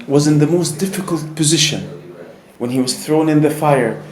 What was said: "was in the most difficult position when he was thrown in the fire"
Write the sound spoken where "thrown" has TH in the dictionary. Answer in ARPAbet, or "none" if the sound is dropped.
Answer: TH